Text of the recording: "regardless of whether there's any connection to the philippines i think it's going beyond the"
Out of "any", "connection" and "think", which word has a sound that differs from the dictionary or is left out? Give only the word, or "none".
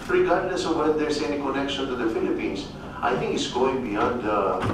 think